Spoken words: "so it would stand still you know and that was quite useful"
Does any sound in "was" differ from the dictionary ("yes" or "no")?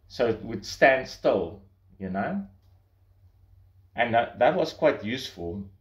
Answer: yes